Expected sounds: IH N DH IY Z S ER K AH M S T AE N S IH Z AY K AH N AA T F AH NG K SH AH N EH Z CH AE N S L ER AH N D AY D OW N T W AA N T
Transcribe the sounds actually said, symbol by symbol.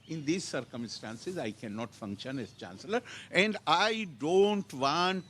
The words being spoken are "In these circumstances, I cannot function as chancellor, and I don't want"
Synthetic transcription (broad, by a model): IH N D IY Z S ER K AH M S T AE N S IH Z AY K AH N AA T F AH NG K SH AH N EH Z CH AE N S L ER AH N D AY D OW N T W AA N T